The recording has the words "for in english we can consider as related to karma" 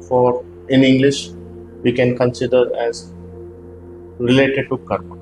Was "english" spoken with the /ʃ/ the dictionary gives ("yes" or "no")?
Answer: yes